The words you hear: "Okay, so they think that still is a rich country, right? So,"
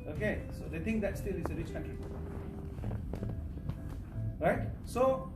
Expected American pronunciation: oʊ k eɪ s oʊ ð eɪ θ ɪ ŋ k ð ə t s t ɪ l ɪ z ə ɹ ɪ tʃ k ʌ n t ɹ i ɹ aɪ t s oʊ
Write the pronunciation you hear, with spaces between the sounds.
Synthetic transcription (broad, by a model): oʊ k eɪ s oʊ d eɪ t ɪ ŋ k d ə t s t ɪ l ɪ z ə ɹ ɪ tʃ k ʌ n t ɹ i ɹ aɪ t s oʊ